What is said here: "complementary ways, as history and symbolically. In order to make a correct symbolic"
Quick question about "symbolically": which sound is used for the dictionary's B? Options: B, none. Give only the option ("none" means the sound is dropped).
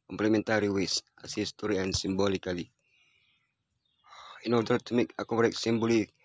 B